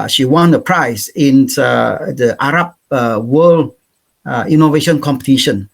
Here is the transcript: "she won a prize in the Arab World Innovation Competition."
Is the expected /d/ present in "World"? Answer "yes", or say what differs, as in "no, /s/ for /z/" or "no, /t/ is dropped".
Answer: no, /d/ is dropped